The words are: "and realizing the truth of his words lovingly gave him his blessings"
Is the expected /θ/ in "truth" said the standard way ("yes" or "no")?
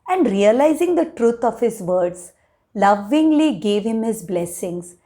no